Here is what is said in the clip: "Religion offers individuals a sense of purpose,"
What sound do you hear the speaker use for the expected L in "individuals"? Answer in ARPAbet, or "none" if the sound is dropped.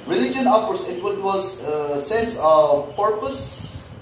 none